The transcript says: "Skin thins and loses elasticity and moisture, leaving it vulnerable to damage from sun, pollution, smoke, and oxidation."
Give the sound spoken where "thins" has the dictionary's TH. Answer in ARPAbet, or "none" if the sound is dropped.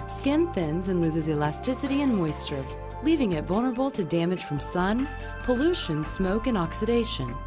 TH